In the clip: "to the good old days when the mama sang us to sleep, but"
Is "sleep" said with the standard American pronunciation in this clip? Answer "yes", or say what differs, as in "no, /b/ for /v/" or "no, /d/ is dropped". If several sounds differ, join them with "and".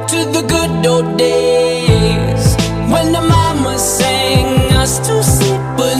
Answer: no, /l/ is dropped